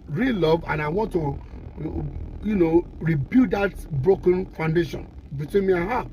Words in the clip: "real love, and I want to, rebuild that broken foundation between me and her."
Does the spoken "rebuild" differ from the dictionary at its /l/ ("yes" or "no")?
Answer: yes